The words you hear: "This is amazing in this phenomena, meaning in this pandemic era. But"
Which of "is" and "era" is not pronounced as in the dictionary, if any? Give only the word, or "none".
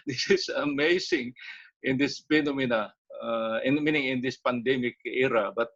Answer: is